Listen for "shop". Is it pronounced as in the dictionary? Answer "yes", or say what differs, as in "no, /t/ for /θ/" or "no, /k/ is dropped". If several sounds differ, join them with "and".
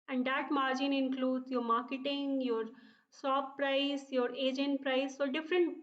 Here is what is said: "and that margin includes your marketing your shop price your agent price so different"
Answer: no, /s/ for /ʃ/